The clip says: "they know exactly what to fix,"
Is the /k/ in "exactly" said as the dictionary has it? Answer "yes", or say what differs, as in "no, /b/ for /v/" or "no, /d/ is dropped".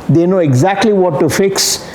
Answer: yes